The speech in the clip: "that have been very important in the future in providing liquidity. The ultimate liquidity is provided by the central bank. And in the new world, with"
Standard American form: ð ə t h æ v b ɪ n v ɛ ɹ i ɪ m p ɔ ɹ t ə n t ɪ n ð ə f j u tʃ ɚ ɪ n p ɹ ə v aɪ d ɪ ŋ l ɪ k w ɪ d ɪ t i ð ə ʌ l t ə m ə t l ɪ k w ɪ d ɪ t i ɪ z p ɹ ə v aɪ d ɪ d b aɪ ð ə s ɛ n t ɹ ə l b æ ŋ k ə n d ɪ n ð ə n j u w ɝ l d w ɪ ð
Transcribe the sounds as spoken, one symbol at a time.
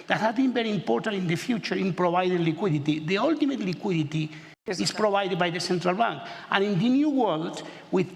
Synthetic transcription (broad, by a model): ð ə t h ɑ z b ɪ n b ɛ ɹ i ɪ m p ɔ ɹ t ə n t ɪ n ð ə f j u tʃ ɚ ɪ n p ɹ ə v aɪ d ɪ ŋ l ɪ k w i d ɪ t i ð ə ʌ l t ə m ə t l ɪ k w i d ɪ t i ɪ s p ɹ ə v aɪ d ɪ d b aɪ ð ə s ɛ n t ɹ ə l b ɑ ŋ k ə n ɪ n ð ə n j u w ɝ l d w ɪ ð